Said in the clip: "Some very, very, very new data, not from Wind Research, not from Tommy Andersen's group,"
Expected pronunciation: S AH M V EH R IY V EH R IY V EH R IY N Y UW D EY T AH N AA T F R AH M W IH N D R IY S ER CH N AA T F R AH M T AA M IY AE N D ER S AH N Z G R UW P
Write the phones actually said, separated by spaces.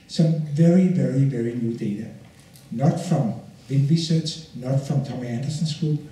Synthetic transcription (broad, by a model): S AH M V EH R IY V EH R IY V EH R IY N Y UW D EY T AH N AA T F R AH M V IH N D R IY S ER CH N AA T F R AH M T AA M IY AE N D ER S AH N S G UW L